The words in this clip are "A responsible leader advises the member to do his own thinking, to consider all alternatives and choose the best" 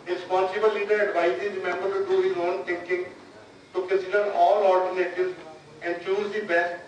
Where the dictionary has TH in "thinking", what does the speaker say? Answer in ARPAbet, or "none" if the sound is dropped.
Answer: T